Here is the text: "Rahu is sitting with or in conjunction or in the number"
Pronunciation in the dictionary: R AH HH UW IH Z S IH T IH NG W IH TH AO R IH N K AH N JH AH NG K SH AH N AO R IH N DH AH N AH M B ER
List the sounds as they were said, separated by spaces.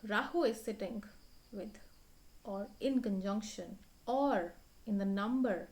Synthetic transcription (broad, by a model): R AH HH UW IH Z S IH T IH NG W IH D AO R IH N K AH N JH AH NG K SH AH N AO R IH N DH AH N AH M B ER